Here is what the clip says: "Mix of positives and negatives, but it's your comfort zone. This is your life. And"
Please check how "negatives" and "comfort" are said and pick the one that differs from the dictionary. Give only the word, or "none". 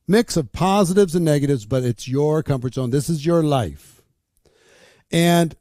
none